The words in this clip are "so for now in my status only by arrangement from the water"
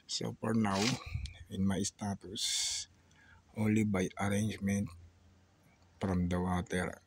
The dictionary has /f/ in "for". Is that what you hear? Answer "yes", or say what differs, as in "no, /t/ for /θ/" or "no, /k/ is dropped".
no, /p/ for /f/